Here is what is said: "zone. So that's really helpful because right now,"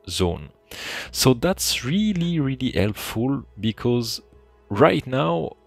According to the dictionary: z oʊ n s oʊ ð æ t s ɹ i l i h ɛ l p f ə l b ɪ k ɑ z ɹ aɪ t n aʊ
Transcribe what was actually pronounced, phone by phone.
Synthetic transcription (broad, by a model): z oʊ n s oʊ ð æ t s ɹ i l i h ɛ l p f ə l b ɪ k ɑ z ɹ aɪ t n aʊ